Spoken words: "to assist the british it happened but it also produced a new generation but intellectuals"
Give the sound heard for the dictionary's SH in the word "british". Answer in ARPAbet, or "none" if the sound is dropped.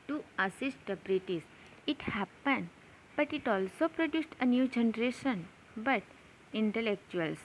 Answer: S